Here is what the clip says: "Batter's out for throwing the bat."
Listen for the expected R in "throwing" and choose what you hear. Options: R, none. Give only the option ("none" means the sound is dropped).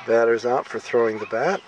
R